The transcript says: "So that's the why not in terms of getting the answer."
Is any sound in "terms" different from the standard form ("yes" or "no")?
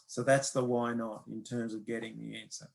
no